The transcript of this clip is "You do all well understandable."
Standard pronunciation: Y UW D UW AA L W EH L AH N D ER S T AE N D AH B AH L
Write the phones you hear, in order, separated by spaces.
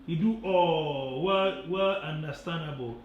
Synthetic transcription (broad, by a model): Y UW D UW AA W W EH L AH N D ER S T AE N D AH B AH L